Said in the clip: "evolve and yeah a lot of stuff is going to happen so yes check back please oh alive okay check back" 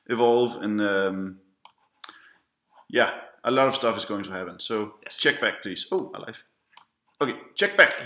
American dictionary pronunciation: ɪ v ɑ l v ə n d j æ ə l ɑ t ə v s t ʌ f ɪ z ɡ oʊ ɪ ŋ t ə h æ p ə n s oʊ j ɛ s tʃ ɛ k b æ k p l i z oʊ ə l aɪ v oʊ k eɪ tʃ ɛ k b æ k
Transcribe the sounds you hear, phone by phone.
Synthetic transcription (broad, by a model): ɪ v ɑ l v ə n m j æ ə l ɑ t ə v s t ʌ f ɪ z ɡ oʊ ɪ ŋ t ə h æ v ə n s oʊ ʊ tʃ ɛ k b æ k p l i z oʊ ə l aɪ f oʊ k eɪ tʃ ɛ k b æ k